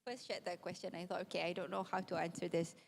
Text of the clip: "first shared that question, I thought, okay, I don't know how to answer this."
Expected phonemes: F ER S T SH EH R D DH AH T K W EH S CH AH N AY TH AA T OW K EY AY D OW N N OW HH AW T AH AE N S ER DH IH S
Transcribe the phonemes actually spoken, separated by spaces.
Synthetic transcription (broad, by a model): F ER S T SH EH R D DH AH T K W EH S CH AH N AY TH AA T OW K EY AY D OW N N OW HH AW T AH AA N S ER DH IH S